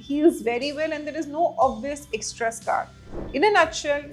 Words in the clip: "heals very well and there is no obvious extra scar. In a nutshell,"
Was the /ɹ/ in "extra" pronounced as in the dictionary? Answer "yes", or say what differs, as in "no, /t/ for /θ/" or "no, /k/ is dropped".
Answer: yes